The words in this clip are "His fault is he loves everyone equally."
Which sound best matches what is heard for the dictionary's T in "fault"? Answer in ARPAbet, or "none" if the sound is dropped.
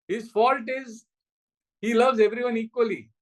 T